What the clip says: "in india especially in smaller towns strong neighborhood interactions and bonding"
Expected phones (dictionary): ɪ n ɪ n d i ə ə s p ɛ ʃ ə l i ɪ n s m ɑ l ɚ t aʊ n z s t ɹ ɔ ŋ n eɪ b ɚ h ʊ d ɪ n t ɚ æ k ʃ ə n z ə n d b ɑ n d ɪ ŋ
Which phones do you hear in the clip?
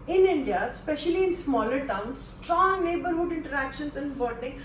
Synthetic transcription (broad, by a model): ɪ n ɪ n d i ə s p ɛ ʃ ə l i ɪ n s m ɑ l ɚ t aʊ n s t ɹ ɔ ŋ n eɪ b ɚ h ʊ d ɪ n t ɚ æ k ʃ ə n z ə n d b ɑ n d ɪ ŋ